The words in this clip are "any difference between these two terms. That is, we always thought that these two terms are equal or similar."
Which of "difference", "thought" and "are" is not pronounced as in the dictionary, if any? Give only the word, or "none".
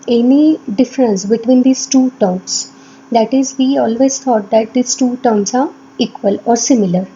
thought